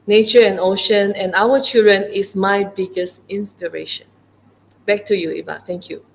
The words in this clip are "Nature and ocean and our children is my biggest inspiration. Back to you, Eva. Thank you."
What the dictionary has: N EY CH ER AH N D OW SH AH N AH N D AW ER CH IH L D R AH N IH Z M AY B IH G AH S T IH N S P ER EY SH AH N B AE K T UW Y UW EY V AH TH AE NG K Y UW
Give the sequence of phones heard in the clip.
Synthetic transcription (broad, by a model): N EY CH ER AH N OW SH AH N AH N AW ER CH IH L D R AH N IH S M AY B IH G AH S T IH N S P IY EY SH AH N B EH K T UW Y UW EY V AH T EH NG K Y UW